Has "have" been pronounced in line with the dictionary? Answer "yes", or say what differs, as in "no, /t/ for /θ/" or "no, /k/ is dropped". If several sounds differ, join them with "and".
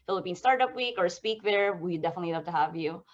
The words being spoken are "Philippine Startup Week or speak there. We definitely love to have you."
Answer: yes